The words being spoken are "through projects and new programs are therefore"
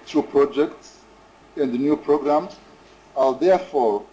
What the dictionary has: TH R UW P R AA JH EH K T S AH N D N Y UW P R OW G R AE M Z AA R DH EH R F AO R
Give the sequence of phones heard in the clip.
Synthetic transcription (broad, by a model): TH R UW P R AA JH EH K T S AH N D N Y UW P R OW G R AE M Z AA L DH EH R F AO R